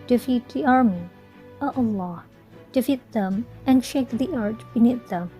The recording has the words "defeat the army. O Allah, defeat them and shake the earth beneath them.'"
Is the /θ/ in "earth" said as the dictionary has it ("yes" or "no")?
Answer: no